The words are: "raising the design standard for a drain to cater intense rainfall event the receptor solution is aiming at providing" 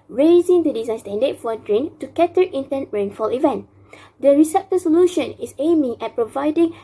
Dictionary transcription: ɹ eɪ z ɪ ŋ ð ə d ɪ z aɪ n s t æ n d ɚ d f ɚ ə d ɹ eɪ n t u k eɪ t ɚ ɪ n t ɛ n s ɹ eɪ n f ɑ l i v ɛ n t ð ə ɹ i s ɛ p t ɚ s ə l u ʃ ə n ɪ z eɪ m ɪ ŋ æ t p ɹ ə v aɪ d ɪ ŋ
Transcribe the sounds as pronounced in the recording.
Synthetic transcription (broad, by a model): ɹ eɪ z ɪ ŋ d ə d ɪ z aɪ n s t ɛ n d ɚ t f ə d ɹ eɪ n t u k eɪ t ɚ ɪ n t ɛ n ɹ eɪ n f ɑ l i v ɛ n t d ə ɹ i s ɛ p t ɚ s ə l u ʃ ə n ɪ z eɪ m ɪ ŋ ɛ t p ɹ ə v aɪ d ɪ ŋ